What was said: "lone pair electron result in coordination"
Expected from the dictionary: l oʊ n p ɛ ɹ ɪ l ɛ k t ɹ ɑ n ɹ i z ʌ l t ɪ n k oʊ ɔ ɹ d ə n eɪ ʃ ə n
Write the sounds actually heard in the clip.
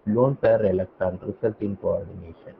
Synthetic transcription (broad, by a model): l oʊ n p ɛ ɹ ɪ l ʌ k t ɑ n ɹ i s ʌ l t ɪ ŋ k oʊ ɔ ɹ d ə n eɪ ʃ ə n